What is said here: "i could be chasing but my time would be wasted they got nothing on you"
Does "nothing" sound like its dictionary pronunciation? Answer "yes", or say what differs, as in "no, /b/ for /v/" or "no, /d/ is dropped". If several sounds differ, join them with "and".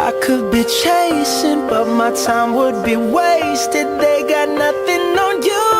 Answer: yes